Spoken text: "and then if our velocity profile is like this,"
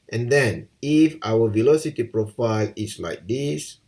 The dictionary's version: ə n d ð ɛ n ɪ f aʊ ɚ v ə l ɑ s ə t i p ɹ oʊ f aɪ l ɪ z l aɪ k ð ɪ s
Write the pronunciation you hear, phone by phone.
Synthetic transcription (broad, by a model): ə n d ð ɛ n ɪ f aʊ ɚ v ə l ɑ s ə t i p ɹ oʊ f aɪ l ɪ s l aɪ k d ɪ s